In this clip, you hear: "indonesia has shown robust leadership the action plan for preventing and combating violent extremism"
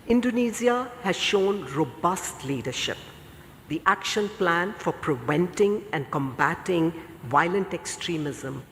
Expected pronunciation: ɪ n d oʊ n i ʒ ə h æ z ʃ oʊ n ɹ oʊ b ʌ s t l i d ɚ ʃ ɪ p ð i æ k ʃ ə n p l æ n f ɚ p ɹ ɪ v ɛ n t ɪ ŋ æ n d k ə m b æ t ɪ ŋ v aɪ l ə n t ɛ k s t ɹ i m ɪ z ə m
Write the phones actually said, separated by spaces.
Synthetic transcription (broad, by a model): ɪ n d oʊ n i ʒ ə h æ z ʃ oʊ n ɹ oʊ b ʌ s t l i d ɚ ʃ ɪ p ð i æ k ʃ ə n p l æ n f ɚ p ɹ ɪ v ɛ n t ɪ ŋ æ n d k ə m b æ t ɪ ŋ v aɪ l ə n t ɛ k s t ɹ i m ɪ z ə m